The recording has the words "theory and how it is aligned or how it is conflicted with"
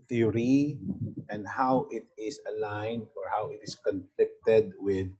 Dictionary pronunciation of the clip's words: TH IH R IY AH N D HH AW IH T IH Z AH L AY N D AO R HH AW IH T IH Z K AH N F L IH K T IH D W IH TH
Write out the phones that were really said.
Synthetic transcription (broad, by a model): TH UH R IY AH N D HH AW IH T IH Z AH L AY N D AO R HH AW IH T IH S K AH N F L IH K T IH D W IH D